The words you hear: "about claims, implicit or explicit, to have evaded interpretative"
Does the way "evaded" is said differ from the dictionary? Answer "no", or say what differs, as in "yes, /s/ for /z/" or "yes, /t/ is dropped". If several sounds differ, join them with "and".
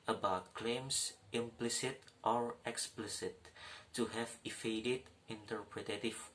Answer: yes, /f/ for /v/